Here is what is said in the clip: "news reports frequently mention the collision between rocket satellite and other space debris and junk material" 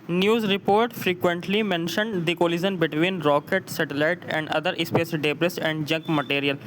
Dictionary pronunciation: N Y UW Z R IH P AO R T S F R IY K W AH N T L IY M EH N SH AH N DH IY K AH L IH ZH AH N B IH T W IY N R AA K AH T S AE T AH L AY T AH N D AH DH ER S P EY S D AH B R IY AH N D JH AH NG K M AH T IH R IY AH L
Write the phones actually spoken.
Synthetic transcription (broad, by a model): N Y UW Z R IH P AO R T F R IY K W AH N T L IY M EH N SH AH N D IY K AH L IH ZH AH N B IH T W IY N R AA K AH T S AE T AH L AY T AH N D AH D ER S P EY S D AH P R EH AH N D JH AH NG K M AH T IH R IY AH L